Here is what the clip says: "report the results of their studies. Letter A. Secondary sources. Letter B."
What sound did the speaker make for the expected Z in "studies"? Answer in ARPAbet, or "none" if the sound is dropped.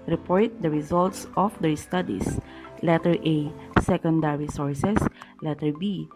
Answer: S